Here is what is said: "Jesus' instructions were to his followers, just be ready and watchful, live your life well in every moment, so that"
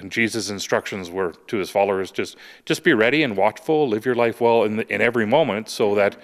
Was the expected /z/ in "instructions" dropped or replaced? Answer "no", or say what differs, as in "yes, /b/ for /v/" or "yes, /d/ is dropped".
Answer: no